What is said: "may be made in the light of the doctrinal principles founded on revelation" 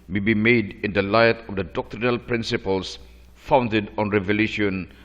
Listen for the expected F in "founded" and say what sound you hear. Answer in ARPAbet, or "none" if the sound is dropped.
F